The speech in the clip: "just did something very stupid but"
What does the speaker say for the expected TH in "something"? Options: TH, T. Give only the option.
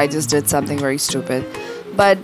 TH